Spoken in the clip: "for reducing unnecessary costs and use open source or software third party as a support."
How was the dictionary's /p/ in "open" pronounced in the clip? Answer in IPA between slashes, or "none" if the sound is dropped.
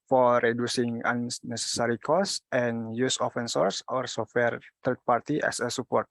/f/